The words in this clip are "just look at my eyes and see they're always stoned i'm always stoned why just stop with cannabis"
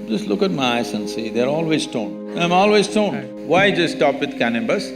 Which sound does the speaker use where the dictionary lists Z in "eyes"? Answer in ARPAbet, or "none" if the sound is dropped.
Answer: S